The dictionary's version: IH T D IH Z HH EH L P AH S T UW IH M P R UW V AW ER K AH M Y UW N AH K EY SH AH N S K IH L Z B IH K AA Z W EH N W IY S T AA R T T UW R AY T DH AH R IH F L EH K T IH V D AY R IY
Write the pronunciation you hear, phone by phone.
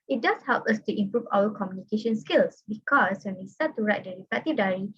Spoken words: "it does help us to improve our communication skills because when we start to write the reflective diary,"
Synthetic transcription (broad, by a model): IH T D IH S HH EH L P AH S T UW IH M P R UW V AW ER K AH M Y UW N AH K EY SH AH N S K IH L S B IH K AA S W EH N W IY S T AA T T UW R AY T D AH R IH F EH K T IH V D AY R IY